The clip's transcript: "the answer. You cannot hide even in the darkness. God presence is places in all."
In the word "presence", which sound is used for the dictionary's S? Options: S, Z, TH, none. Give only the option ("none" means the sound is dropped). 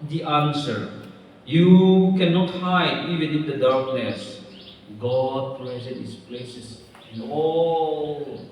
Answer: none